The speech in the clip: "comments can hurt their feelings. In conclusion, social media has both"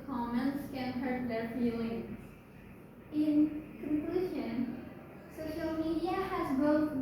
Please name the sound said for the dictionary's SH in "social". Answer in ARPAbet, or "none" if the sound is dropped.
SH